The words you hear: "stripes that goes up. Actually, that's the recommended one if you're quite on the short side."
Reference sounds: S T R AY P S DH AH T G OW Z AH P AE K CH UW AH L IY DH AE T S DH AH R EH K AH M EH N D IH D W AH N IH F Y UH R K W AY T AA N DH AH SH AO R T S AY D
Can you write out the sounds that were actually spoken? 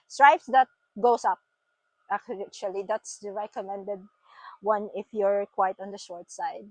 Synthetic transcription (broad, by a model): S T R AY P S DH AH T G OW S AH P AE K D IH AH L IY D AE T S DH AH R EH K AH M EH N D IH D W AH N IH F Y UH R K W AY T AA N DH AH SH AO R T S AY D